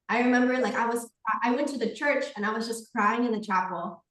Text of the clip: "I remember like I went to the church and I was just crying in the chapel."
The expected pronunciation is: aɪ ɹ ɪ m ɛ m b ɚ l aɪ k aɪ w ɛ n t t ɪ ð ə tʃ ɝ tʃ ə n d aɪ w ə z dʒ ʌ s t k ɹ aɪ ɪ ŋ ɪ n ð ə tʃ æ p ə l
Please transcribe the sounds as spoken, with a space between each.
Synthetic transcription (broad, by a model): aɪ ɹ ɪ m ɛ m b ɚ l aɪ k aɪ w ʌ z t t ɪ ð ə tʃ ɝ tʃ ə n aɪ w ə z dʒ ʌ s k ɹ aɪ ɪ ŋ ɪ n ð ə tʃ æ p l